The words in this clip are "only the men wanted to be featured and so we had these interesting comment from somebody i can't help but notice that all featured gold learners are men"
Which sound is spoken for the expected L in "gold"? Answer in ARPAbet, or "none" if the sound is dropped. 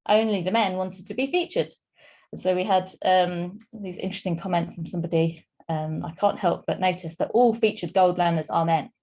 L